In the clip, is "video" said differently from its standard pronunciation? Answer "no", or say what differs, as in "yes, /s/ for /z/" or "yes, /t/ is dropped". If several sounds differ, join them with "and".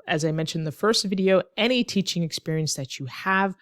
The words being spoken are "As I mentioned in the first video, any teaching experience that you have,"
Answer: no